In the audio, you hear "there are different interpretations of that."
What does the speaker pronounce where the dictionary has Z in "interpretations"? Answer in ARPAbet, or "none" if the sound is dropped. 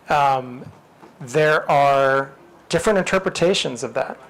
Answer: Z